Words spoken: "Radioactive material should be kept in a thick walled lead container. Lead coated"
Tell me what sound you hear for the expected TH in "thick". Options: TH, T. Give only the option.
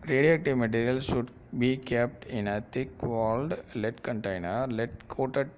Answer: T